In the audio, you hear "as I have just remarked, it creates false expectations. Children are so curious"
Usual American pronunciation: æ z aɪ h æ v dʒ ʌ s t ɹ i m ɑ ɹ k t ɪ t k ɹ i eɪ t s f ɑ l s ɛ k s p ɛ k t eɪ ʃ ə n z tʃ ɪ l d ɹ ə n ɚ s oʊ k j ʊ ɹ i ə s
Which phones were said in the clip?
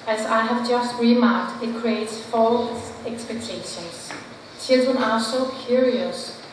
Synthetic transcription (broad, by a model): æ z aɪ h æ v dʒ ʌ s t ɹ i m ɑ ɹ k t ɪ t k ɹ i eɪ t s f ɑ l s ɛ k s p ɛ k t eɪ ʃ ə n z tʃ ɪ l d ɹ ə n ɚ s oʊ k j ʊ ɹ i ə s